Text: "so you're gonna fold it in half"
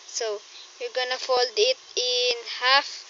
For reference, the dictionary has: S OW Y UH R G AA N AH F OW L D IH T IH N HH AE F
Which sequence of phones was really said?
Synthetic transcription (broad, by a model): S OW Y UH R G AA N AH F OW L D IH T IH N HH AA F